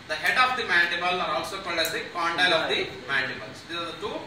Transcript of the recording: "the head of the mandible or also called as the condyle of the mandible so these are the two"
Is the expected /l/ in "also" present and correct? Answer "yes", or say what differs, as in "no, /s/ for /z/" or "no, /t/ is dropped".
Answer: yes